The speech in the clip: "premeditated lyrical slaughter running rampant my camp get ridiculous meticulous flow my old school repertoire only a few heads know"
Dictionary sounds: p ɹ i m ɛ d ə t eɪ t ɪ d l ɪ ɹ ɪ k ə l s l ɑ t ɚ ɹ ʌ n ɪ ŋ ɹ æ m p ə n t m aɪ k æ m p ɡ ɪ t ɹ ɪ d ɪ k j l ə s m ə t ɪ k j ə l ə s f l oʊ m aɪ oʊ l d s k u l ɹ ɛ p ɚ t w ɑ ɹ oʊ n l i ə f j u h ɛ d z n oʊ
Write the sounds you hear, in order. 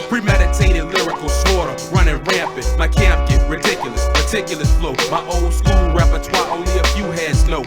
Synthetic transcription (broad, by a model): p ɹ i m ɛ d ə t eɪ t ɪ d l ɪ ɹ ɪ k l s ɑ t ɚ ɹ ʌ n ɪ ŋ ɹ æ m p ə t m aɪ k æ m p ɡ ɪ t ɹ ɪ d ɪ k j l ə s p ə t ɪ k j l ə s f l oʊ m aɪ oʊ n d s k u l ɹ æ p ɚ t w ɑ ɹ oʊ n l i ə f j u h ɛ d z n oʊ